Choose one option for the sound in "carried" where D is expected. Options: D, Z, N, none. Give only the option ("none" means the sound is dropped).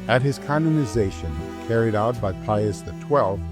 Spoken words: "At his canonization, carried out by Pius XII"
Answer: D